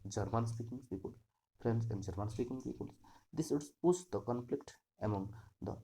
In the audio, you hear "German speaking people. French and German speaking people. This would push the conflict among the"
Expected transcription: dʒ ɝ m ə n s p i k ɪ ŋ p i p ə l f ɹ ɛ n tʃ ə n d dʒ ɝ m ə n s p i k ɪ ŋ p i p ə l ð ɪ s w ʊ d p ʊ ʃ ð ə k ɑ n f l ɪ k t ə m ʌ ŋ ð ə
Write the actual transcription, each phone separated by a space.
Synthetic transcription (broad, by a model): dʒ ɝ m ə n s p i k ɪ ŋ p i p ə l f ɹ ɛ n s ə n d dʒ ɝ m ə n s p i k ɪ ŋ p i p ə l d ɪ s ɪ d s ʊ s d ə k ɑ n f l ɪ k t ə m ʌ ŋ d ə